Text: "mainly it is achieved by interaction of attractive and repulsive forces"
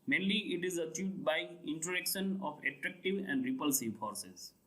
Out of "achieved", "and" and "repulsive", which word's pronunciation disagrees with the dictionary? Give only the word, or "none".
none